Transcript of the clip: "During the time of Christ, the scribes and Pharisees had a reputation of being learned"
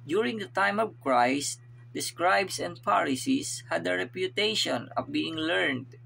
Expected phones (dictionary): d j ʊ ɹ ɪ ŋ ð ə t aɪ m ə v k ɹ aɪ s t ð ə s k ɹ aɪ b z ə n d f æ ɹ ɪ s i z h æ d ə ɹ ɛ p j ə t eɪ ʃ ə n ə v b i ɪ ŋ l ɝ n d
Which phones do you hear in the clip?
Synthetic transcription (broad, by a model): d j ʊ ɹ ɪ ŋ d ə t aɪ m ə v k ɹ aɪ s t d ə s k ɹ aɪ b s ə n d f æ ɹ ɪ s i s h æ d ə ɹ ɛ p j ə t eɪ ʃ ə n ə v b i ɪ ŋ l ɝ n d